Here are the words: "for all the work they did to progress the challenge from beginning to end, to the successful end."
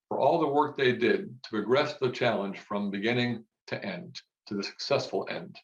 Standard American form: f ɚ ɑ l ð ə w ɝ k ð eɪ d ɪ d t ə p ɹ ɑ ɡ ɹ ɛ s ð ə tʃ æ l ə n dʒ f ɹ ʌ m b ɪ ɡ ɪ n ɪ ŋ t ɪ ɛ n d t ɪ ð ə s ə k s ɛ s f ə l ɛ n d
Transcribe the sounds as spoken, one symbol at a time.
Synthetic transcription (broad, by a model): f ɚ ɑ l ð ə w ɝ k ð eɪ d ɪ d t ə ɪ ɡ ɹ ɛ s ð ə tʃ æ l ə n ʒ f ɹ ʌ m b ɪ ɡ ɪ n ɪ ŋ t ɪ ɛ n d t ɪ ð ə s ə k s ɛ s f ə l ɛ n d